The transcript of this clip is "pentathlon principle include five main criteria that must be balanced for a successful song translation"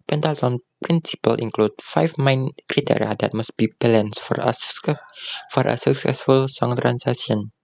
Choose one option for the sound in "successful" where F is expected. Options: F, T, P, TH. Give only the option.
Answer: F